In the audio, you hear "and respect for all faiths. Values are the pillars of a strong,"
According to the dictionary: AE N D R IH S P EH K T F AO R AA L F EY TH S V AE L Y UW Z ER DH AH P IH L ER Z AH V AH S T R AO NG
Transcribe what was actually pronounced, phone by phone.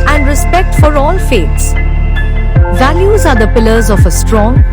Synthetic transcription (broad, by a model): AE N D R IH S P EH K T F AO R AA L F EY T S V AE L Y UW Z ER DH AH P IH L ER Z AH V AH S T R AO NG